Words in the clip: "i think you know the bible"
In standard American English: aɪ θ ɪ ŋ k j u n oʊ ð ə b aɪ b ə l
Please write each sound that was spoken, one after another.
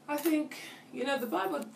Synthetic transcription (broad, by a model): aɪ θ ɪ ŋ k j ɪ n oʊ ð ə b aɪ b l